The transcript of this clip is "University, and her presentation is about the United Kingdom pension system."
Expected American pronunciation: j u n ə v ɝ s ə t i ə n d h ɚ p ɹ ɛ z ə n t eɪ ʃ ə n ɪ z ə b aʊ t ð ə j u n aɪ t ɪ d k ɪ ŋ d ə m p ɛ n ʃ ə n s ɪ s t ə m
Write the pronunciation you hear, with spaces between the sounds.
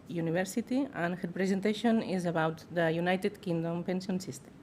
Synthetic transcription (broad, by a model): j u n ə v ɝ s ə t i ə n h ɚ p ɹ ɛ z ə n t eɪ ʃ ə n ɪ z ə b aʊ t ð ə j u n aɪ t ɪ d k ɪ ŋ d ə m p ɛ n s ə n s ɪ s t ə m